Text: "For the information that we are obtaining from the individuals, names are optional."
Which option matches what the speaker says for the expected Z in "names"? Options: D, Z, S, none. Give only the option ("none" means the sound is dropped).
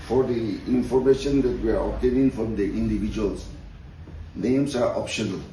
S